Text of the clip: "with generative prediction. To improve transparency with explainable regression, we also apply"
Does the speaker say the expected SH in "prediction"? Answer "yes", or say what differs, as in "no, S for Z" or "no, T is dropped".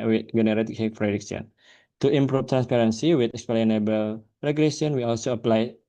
no, S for SH